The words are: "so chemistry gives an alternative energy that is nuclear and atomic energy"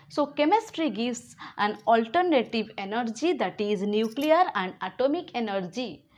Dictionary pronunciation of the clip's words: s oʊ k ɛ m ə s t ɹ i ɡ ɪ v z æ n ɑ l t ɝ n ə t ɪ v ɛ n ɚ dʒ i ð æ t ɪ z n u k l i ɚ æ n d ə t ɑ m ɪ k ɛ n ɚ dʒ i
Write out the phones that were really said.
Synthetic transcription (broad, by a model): s oʊ k ɛ m ə s t ɹ i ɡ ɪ z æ n ɑ l t ɝ n ə t ɪ v ɛ n ɚ dʒ i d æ t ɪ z n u k l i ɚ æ n d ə t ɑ m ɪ k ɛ n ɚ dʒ i